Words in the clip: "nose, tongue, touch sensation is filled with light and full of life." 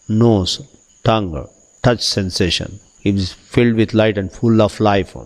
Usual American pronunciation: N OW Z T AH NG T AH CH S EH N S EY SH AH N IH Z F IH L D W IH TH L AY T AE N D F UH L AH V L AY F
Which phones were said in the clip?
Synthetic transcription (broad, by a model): N OW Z T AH NG T AH CH S EH N S EY SH AH N IH Z F IH L D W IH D L AY T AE N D F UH L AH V L AY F